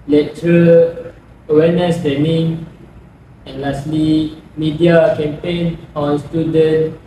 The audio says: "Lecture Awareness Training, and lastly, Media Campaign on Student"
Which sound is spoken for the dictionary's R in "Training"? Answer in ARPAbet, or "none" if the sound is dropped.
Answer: none